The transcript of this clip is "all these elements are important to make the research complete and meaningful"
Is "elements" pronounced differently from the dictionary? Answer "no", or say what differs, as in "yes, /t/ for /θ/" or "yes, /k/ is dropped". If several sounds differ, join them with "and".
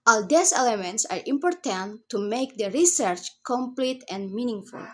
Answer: no